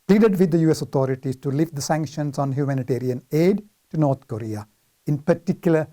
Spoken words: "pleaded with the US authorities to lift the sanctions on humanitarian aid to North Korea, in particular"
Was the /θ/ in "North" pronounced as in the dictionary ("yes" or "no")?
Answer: no